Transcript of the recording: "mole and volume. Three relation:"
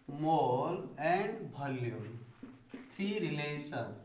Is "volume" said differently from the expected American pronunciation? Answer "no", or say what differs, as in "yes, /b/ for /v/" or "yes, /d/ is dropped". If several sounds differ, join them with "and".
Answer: yes, /b/ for /v/